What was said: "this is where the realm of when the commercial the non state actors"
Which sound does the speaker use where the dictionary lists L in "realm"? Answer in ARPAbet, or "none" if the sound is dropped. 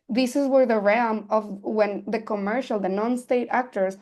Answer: none